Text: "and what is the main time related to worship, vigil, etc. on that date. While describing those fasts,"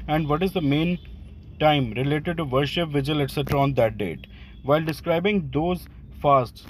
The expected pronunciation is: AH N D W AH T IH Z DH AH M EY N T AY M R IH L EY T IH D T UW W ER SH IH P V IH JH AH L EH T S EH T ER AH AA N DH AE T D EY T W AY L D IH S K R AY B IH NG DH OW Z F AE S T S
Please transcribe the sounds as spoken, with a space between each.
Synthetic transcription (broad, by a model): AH N D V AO T IH Z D AH M EY N T AY M R IH L EY T IH D T UW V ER SH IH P V IH JH AH L EH T S EH T ER AH AA N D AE T D EY T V AY L D IH S K R AY B IH NG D OW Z F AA S T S